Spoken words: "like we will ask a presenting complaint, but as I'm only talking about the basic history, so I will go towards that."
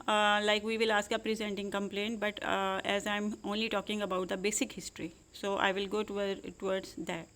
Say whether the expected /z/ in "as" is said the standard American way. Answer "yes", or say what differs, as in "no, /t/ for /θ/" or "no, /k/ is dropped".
yes